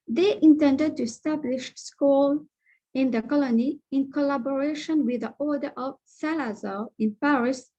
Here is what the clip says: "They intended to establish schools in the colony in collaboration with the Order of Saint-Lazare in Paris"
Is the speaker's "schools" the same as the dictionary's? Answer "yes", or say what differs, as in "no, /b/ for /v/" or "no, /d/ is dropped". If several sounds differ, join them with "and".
no, /z/ is dropped